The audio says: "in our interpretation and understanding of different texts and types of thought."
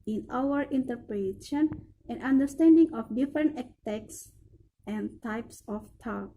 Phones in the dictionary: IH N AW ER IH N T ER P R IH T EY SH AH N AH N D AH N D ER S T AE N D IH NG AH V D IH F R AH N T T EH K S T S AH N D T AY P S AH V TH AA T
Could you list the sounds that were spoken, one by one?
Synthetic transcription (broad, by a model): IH N AW ER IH N T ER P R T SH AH N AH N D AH N D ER S T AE N D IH NG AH F D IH F R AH N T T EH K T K S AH N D T AY P S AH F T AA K